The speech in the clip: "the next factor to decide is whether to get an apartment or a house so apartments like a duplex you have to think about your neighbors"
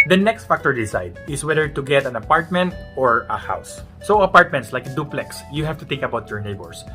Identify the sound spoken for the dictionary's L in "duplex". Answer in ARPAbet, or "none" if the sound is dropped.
L